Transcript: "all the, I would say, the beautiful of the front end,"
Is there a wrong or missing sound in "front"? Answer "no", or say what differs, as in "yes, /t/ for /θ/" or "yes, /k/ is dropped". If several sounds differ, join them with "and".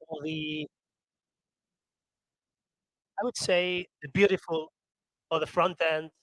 no